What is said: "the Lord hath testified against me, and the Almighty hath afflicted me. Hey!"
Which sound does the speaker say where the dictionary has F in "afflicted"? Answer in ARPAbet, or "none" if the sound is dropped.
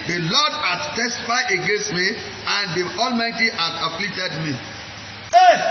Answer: P